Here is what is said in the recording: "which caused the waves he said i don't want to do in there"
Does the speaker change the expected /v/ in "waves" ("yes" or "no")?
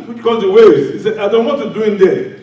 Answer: yes